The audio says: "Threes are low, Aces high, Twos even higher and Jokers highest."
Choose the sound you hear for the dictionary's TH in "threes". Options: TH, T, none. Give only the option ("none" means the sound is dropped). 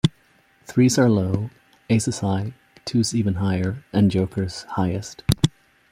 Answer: TH